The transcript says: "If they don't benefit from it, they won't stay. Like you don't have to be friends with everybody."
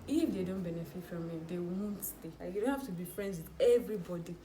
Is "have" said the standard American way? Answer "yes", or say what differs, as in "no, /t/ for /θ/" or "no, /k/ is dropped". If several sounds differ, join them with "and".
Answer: no, /f/ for /v/